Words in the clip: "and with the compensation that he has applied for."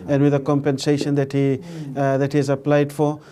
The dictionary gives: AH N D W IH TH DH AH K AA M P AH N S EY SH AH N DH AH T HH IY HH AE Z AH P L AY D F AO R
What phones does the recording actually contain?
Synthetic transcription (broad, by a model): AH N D W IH DH AH K AA M P AH N S EY SH AH N DH AH T HH IY HH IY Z AH P L AY D F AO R